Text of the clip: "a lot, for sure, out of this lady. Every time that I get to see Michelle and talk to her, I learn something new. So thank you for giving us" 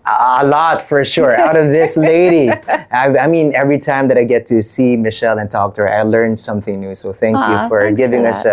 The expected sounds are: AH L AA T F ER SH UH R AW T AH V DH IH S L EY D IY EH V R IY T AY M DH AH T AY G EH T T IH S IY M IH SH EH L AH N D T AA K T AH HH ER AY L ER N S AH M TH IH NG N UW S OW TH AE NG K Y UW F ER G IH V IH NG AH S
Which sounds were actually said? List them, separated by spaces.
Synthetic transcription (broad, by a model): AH L AA T F ER SH UH R AW T AH V DH IH S L EY D IY EH V R IY T AY M DH AH T AY G EH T T IH S IY M IH SH EH L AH N T AA K T AH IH L ER N S AH M TH IH NG N UW S OW TH AE NG K Y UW F ER G IH V IH NG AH S